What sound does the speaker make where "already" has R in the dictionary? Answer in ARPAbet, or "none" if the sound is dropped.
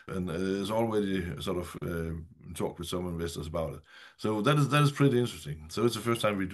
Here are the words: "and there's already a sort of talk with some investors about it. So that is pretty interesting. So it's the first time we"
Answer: W